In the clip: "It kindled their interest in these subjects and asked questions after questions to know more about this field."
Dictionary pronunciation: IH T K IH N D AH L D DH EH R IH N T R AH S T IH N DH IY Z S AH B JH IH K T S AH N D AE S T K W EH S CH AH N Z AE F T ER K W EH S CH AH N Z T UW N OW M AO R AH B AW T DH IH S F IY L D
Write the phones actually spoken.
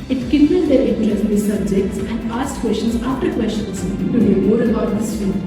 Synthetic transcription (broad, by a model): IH T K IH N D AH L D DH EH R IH T AH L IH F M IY S AH B JH IH K T S AH N D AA S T K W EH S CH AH N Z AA F T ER K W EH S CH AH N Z T UW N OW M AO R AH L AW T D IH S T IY